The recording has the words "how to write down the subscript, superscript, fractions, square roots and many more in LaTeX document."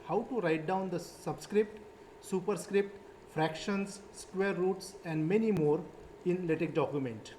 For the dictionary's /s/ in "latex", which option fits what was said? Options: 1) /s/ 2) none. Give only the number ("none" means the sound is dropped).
2